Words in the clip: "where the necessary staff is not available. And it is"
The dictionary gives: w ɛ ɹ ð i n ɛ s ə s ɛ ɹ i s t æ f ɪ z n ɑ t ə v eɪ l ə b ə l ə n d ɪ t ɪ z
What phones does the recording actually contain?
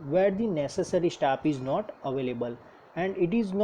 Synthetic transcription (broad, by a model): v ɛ ɹ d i n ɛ s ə s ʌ ɹ i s t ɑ p ɪ z n ɑ t ə v eɪ l ə b ə l ə n d ɪ t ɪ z